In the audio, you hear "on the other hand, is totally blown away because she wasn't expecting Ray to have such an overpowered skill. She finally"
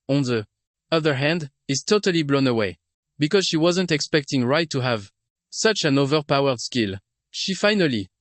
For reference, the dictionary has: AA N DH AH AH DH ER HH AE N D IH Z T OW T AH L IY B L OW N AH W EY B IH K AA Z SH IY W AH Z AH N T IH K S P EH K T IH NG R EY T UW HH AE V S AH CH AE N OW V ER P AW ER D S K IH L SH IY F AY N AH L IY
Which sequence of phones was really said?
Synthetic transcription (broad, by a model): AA N DH AH AH DH ER HH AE N D IH Z T OW T AH L IY B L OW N AH W EY B IH K AA Z SH IY W AH Z AH N T IH K S P EH K T IH NG R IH T UW HH AE V S AH CH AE N OW V ER P AW ER D S K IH L SH IY F AY N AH L IY